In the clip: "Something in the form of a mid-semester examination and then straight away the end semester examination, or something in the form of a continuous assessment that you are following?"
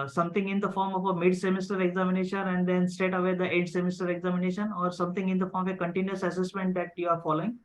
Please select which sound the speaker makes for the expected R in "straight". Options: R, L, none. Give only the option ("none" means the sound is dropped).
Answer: none